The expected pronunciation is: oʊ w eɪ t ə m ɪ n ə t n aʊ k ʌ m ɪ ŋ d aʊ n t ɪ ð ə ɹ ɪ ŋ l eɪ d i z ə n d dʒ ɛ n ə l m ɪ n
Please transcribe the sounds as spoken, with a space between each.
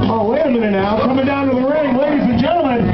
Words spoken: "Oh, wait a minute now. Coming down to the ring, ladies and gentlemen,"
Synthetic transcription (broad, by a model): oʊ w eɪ ə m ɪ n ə n aʊ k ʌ m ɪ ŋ d aʊ n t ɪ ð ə ɹ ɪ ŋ l eɪ d i z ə n dʒ ɛ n l m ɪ n